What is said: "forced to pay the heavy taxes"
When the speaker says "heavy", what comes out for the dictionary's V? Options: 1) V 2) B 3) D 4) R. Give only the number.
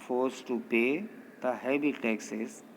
2